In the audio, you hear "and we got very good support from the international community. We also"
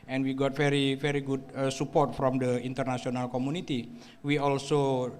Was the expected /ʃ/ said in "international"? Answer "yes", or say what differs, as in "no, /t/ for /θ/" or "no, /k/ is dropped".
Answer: no, /s/ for /ʃ/